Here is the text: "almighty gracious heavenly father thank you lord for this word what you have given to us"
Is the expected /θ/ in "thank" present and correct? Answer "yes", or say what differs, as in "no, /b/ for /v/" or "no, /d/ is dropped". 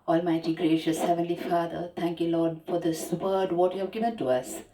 no, /t/ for /θ/